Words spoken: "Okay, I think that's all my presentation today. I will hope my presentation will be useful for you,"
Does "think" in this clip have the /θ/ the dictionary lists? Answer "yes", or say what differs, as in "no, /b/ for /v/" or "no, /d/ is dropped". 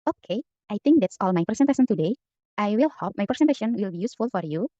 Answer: no, /t/ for /θ/